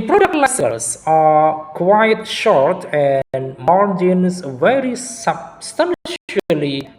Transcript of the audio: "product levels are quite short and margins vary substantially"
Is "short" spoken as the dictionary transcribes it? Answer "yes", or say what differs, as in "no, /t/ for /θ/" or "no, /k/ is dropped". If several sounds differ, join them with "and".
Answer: yes